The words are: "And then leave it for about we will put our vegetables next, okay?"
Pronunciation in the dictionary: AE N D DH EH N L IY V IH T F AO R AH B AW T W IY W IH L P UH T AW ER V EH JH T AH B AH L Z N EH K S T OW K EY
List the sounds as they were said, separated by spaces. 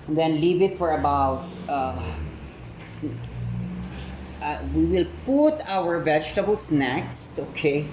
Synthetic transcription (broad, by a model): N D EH N L IY V IH T F AO R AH B AW T W IY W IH L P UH T AW ER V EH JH T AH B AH L S N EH K S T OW K EY